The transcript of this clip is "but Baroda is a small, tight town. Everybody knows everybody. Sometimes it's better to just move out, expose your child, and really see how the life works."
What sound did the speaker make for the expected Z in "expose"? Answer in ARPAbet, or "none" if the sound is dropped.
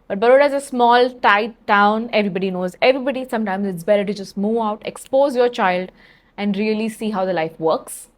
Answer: Z